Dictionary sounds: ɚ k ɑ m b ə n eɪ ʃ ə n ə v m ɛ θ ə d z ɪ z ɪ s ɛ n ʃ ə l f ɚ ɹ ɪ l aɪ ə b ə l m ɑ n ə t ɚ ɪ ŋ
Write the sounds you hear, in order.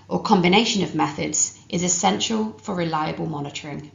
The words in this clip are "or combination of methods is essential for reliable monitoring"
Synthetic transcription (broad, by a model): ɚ k ɑ m b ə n eɪ ʃ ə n ə v m ɛ θ ə d z ɪ z ɪ s ɛ n ʃ ə l f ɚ ɹ ɪ l aɪ ə b ə l m ɑ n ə t ɚ ɪ ŋ